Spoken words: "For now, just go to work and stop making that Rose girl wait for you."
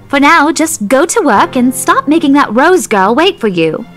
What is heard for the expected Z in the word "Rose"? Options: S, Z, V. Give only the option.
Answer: Z